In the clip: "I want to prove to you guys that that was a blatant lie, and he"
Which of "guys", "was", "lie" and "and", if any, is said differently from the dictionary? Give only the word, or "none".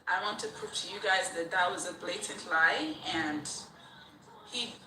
none